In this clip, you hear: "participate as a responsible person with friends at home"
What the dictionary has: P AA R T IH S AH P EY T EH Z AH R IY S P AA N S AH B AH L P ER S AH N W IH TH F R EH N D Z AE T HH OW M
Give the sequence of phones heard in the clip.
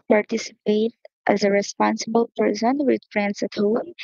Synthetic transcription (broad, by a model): P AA R T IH S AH P EY T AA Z AH R IY S P AA N S AH B AH L P ER S AH N W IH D F R EH N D S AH T HH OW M